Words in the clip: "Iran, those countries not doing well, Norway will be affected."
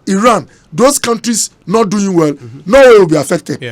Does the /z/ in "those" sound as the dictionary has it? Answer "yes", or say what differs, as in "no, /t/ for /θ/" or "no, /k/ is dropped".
no, /s/ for /z/